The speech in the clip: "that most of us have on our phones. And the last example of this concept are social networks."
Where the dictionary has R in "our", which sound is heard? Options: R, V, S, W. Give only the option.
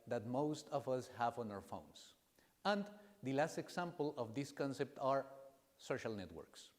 R